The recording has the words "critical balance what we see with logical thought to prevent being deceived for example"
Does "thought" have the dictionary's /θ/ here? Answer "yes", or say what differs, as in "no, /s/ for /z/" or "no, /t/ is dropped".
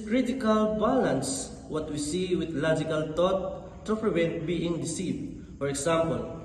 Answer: no, /t/ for /θ/